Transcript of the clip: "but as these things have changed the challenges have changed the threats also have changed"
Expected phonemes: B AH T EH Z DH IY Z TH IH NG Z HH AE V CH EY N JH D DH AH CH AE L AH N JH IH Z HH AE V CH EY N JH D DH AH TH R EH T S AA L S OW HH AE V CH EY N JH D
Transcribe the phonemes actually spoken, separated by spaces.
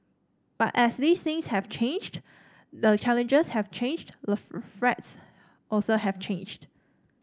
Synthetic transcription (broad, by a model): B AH T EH S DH IY S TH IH NG S HH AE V CH EY N JH D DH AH CH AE L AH N JH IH S HH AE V CH EY N JH D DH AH F R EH T S AA L S OW HH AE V CH EY N JH D